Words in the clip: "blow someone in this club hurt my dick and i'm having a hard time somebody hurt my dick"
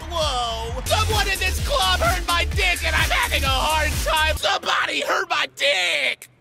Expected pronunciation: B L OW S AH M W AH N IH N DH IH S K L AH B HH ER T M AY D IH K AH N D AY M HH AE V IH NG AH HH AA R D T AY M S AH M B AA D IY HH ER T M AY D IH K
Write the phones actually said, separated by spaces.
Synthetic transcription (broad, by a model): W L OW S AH W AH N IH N DH IH S K L AH B HH ER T M AY D IH K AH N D AY M HH AE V IH NG AH HH AA R D T AY M S AH M B AA D IY HH ER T M AY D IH K